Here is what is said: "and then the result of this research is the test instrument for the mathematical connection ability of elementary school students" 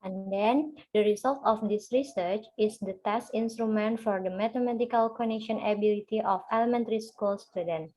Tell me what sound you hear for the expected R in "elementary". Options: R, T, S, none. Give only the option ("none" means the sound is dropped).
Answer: R